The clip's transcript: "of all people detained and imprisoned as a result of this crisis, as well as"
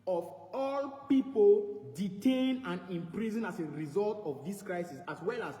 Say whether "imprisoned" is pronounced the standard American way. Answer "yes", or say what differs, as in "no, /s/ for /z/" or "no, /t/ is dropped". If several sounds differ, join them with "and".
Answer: no, /d/ is dropped